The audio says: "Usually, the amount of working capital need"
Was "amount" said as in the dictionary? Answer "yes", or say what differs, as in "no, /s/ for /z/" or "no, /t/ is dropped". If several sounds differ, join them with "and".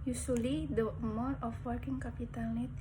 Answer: no, /n/ is dropped